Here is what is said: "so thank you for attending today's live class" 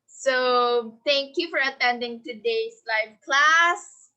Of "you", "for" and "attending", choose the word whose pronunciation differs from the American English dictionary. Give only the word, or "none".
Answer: none